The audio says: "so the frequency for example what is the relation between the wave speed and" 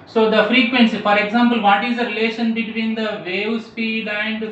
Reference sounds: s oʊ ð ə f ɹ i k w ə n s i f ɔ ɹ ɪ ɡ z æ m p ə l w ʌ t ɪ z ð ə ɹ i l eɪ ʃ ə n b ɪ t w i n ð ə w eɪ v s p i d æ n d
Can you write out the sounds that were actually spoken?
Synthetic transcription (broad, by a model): s oʊ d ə f ɹ i k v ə n s i f ɔ ɹ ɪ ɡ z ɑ m p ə l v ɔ t ɪ z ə ɹ i l eɪ ʃ ə n b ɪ t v i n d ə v eɪ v s p i d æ n d